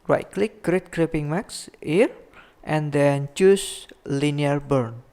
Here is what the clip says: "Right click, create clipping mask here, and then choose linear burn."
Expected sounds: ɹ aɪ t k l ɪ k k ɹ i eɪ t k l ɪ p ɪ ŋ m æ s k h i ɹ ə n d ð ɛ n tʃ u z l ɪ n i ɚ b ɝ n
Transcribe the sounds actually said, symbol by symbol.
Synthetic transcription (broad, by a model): ɹ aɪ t k l ɪ k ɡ ɹ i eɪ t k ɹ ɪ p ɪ ŋ m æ k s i ɹ ə n d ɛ n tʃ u s l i n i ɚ b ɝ n